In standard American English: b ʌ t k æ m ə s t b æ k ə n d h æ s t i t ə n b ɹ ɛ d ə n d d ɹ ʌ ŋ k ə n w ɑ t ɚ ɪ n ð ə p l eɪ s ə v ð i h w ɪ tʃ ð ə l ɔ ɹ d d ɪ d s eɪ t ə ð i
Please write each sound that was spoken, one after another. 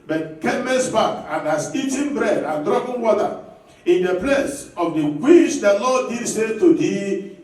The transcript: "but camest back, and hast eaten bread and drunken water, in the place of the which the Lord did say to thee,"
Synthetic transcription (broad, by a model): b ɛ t k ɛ m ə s b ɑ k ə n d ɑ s i t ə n b ɹ ɛ d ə n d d ɹ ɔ k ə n w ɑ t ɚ ɪ n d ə p l eɪ s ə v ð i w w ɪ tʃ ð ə l ɔ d d ɪ d s eɪ t ə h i